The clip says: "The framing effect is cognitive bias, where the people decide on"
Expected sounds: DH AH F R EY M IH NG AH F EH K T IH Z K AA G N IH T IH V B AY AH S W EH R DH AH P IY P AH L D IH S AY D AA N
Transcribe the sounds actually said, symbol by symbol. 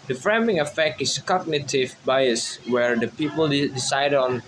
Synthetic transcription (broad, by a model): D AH F R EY M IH NG AH F EH K T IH S K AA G N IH T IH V B AY AH S W EH R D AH P IY P AH L D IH S AY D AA N